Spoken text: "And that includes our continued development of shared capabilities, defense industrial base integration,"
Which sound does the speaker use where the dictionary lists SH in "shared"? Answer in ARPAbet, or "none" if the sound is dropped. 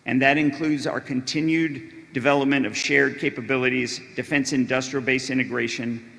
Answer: SH